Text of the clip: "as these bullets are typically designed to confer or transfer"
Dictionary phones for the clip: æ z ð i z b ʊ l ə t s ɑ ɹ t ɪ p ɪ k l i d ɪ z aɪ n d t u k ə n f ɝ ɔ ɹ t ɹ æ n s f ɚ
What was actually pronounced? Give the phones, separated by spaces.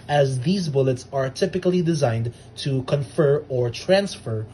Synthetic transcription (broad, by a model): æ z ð i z b ʊ l ə t s ɑ ɹ t ɪ p ɪ k l i d ɪ z aɪ n d t u k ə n f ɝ ɔ ɹ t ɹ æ n s f ɚ